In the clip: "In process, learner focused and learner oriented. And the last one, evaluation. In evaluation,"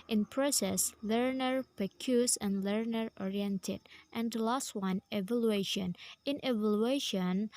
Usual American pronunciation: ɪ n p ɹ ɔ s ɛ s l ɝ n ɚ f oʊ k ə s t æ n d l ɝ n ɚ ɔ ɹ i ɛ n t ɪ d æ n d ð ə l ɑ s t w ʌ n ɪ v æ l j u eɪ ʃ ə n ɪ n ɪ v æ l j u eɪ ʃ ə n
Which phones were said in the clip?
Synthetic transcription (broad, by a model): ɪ n p ɹ ɔ s ɛ s l ɝ n ɚ p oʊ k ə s æ n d l ɝ n ɚ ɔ ɹ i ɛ n t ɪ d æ n d l ɑ s t w ʌ n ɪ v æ l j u eɪ ʃ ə n ɪ n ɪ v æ l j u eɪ ʃ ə n